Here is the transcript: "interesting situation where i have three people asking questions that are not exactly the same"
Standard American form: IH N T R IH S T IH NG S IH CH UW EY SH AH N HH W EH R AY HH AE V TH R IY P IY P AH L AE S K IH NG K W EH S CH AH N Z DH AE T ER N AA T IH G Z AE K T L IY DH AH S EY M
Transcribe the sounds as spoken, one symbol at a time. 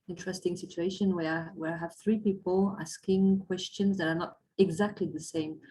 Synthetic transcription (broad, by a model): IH N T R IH S T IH NG S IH CH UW EY SH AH N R W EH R AY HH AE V TH R IY P IY P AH L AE S K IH NG K W EH S CH AH N Z DH AE T ER N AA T IH G Z AE K T L IY DH AH S EY M